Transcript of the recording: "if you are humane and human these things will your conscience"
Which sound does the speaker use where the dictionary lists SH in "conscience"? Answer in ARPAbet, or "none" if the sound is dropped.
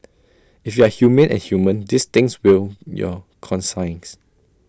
S